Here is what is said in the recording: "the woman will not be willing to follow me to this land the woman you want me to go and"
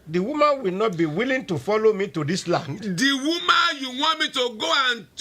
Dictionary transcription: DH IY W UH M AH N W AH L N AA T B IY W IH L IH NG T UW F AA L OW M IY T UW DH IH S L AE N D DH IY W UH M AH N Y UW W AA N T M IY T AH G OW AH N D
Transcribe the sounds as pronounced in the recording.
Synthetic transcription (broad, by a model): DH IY W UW M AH N W AH L N AA T B IY W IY L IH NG T UW F AA L OW M IY T UW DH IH S L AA N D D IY W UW M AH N Y UW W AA T M IY T AH G OW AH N